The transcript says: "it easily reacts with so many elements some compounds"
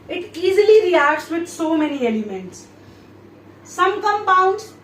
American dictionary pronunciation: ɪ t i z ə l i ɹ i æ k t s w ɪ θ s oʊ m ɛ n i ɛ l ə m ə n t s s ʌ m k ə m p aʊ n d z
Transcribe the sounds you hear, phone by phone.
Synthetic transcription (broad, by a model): ɪ t i z ə l i ɹ i æ k t s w ɪ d s oʊ m ɛ n i ɛ l ə m ə n t s s ʌ m k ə m p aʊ n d